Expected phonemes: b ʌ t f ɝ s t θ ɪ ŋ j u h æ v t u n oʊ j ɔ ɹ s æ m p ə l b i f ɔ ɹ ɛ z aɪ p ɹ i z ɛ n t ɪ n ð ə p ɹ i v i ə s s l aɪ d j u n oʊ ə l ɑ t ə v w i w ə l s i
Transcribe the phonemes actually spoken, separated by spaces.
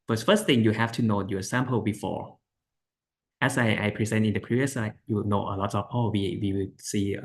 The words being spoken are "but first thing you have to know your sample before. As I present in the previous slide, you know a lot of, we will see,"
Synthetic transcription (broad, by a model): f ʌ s f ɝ s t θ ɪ ŋ j u h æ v t u n oʊ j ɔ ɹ s æ m p ə l b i f ɔ ɹ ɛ s aɪ p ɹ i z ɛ n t ɪ n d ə p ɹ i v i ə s s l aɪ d j u n oʊ ə l ɑ t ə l w i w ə w s i